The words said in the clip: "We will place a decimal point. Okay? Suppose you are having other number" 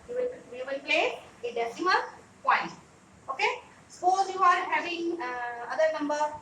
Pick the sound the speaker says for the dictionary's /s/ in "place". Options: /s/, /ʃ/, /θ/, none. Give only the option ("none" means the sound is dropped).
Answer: none